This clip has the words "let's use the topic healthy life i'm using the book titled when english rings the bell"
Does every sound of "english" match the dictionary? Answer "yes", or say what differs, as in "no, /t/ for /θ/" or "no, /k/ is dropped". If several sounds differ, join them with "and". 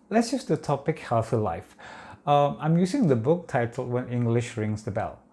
yes